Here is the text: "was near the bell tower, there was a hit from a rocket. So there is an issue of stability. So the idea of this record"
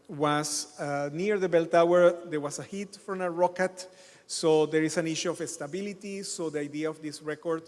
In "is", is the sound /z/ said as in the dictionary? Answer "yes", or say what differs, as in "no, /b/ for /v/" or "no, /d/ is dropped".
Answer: no, /s/ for /z/